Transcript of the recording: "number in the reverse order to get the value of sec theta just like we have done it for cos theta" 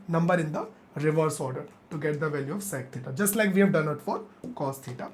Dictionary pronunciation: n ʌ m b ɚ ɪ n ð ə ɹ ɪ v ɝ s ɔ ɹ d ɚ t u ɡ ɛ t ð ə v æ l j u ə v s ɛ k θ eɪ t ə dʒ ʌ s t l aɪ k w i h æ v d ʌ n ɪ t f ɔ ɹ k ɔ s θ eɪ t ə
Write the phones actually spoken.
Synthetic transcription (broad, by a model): n ʌ m b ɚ ɪ n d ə ɹ ɪ v ɝ s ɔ ɹ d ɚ t u ɡ ɛ t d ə v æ l j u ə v s ɛ k t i t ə dʒ ʌ s t l aɪ k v i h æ v d ʌ n ɪ t f ɔ ɹ k ɔ s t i t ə